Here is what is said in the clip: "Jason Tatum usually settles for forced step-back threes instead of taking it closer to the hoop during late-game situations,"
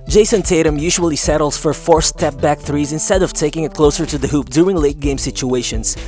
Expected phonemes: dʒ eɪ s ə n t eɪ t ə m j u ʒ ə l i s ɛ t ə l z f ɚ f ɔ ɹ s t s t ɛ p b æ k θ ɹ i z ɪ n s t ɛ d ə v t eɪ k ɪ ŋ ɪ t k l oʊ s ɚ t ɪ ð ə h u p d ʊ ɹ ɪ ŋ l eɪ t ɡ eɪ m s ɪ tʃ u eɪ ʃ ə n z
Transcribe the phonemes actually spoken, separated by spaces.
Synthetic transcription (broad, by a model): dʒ eɪ s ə n t eɪ t ə m j u ʒ ə l i s ɛ t l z f ɚ f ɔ ɹ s s t ɛ p b æ k θ ɹ i z ɪ n s t ɛ d ə v t eɪ k ɪ ŋ ɪ t k l oʊ s ɚ t ɪ ð ə h u p d ʊ ɹ ɪ ŋ l eɪ t ɡ eɪ m s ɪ tʃ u eɪ ʃ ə n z